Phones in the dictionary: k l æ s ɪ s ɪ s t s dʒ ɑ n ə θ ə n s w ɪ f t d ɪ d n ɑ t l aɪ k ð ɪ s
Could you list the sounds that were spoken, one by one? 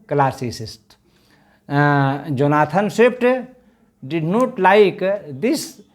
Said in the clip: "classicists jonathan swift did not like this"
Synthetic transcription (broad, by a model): k l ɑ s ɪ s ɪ s t dʒ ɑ n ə t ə n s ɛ p t d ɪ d n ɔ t l aɪ k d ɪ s